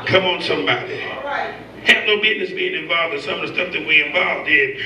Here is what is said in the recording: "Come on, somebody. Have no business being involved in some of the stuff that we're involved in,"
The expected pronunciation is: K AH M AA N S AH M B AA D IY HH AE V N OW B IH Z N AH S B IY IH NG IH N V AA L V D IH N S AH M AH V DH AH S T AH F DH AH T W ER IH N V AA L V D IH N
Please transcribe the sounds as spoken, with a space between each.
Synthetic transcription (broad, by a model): K AH M N S AH M B AA D IY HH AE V N OW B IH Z N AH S B IY IH NG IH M V AA L V D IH S AH M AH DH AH S T AH F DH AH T W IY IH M V AA L V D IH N